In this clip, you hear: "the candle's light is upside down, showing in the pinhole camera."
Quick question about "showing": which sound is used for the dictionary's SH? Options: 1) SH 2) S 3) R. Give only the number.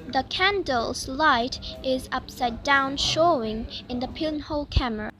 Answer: 1